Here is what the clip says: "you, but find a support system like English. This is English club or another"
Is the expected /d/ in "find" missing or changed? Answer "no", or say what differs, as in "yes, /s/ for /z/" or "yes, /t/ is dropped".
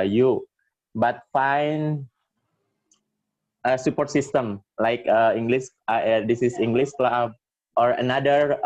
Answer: yes, /d/ is dropped